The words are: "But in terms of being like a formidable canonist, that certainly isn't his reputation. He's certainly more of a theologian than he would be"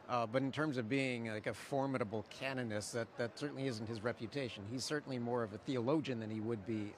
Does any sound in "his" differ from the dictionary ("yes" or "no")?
no